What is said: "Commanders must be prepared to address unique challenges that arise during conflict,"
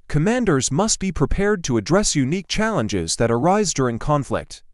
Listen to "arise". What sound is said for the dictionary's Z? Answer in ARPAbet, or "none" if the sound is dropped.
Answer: Z